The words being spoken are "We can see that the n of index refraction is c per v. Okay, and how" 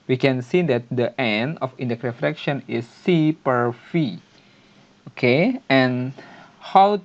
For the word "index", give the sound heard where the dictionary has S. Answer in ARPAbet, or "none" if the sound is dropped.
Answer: none